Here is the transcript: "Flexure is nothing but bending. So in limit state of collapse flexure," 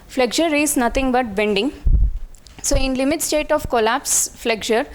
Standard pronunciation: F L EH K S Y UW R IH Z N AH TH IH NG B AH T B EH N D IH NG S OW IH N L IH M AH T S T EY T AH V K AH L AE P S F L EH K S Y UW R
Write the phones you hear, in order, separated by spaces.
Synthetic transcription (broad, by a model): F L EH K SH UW R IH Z N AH T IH NG B AH T B EH N D IH NG S OW IH N L IH M AH T S T EY T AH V K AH L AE P S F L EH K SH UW R